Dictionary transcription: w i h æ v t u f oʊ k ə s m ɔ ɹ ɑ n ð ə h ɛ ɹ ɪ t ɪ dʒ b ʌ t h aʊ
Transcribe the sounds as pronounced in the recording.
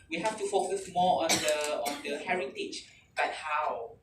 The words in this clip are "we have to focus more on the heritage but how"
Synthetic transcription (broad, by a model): w i h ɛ f t u f oʊ k ə s m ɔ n ɑ n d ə h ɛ ɹ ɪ t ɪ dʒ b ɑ t h aʊ